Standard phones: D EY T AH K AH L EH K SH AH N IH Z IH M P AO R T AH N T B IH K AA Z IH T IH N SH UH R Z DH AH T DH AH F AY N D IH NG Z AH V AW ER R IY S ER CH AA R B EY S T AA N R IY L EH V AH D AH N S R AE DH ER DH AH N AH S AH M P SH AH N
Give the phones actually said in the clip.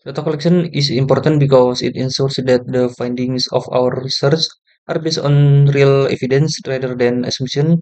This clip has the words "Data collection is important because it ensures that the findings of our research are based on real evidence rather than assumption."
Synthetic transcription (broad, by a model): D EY T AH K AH L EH K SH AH N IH S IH M P AO R T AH N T B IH K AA S IH T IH N S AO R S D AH T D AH F AY N D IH NG S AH F AW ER R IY S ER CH AA R B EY S AA N R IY L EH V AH D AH N S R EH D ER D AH N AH S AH M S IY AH N